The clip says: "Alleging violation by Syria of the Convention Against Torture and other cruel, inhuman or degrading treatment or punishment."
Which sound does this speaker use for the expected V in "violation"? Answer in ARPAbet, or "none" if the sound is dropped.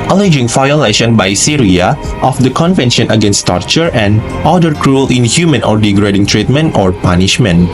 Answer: F